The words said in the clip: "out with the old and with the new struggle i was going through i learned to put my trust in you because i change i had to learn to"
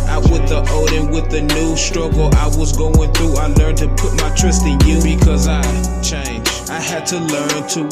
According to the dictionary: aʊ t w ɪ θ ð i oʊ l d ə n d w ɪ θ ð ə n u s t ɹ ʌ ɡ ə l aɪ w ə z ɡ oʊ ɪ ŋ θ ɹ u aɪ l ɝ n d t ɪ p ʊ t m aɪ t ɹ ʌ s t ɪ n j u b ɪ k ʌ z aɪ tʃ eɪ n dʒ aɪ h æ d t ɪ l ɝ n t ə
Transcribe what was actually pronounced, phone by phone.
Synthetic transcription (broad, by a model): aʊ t w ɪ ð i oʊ d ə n w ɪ ð ə n u s t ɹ ʌ ɡ l aɪ w ə z ɡ oʊ ɪ ŋ θ ɹ u aɪ l ɝ n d t ɪ p ʊ t m aɪ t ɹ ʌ s t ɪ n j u b ɪ k ʌ z aɪ tʃ eɪ n dʒ aɪ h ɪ d t ɪ l ɝ n t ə